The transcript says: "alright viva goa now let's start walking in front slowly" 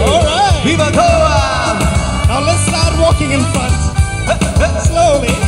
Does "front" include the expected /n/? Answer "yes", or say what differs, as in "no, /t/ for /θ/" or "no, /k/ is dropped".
no, /n/ is dropped